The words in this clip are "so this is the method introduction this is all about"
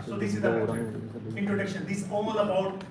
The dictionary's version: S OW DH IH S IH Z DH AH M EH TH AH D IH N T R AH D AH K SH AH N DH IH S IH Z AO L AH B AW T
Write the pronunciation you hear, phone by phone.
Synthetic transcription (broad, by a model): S OW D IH S IH Z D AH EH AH IH N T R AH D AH K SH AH N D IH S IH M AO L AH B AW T